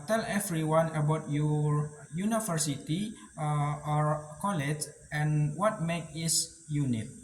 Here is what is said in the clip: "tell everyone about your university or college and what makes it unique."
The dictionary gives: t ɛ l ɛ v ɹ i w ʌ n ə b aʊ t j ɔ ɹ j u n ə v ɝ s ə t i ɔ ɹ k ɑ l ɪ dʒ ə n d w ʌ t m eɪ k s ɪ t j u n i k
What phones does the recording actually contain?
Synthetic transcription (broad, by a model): t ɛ l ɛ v ɹ i w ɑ n ə b aʊ t j ɔ ɹ j u n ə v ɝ s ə t i ɔ ɹ k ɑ l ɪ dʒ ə n w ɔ t m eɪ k ɪ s j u n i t